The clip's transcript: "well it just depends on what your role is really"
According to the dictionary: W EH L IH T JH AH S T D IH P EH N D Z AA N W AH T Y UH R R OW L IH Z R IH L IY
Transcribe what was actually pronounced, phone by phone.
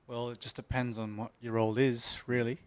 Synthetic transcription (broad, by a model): W EH L IH T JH AH S D IH P EH N D Z N W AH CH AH R R OW L IH Z R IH L IY